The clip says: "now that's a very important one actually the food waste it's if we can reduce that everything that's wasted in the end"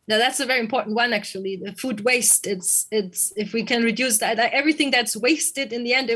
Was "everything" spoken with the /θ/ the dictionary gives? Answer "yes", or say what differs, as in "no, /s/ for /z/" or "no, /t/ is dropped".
yes